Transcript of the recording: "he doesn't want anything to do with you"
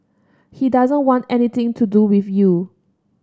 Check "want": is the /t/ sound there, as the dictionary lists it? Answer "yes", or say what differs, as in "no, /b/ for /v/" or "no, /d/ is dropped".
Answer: yes